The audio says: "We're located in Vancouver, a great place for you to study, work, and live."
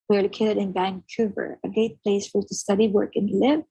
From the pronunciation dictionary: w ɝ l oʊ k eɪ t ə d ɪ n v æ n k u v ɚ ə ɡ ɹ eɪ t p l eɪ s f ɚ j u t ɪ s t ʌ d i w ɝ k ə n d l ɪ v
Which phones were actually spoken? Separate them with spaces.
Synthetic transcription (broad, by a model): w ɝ l oʊ k eɪ t ə d ɪ n b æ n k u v ɚ ə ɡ eɪ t p l eɪ s f ɚ t ɪ s t ʌ d i w ɝ k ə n l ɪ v